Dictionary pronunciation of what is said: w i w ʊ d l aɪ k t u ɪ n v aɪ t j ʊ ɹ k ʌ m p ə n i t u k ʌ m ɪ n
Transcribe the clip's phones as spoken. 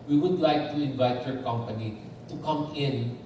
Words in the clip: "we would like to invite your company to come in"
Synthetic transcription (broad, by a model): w i w ʊ d l aɪ k t u ɪ n v aɪ t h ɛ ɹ k ʌ m p ə n i t u k ʌ m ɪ n